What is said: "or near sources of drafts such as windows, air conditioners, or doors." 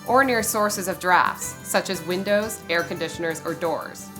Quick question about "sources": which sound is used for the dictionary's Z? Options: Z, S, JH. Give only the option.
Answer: Z